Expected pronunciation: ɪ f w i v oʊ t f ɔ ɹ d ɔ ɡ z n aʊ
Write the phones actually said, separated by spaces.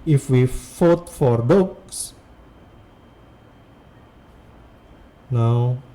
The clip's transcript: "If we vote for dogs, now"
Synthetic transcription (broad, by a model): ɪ f w i f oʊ t f ɔ ɹ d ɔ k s n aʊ